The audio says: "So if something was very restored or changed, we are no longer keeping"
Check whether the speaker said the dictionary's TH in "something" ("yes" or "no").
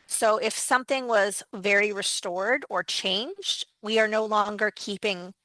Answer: yes